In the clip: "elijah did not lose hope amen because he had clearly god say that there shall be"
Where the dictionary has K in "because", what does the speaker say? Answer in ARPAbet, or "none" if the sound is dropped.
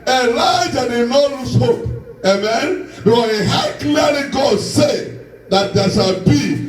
none